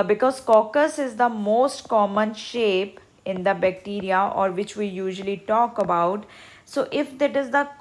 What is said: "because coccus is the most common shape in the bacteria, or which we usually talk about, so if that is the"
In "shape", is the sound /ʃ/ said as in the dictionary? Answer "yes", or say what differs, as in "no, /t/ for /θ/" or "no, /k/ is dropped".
yes